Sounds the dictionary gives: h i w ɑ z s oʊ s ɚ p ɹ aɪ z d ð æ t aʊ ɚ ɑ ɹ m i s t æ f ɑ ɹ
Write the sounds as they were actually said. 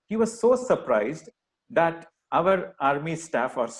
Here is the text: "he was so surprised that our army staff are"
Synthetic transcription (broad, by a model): h i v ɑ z s oʊ s ɚ p ɹ aɪ z d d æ t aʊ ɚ ɑ ɹ m i s t æ f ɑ ɹ